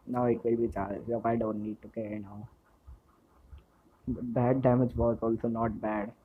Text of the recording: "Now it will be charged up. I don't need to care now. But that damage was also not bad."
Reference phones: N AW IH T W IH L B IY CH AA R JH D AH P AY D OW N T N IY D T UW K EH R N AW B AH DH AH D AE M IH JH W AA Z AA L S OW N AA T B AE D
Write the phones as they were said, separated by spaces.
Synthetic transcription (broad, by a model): N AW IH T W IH L B IY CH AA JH AH F AY D OW N T N IY D T UW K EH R N AW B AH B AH D AE M IH JH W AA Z AA L S OW N AA T B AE D